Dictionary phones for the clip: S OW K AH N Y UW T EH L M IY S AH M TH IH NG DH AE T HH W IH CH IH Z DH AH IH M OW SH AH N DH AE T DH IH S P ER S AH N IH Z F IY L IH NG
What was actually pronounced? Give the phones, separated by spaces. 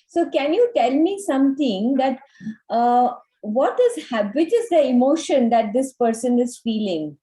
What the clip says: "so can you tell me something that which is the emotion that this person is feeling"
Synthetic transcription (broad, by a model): S OW K AH N Y UW T EH L M IY S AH M T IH NG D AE T HH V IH CH IH Z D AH IH M OW SH AH N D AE T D IH S P ER S AH N IH Z F IY L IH NG